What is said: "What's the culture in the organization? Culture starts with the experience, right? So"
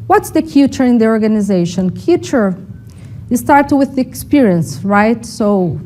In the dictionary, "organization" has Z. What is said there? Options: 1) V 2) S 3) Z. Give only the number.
3